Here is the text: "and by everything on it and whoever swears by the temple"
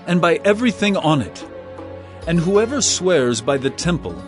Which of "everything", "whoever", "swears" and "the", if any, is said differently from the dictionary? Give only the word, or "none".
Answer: none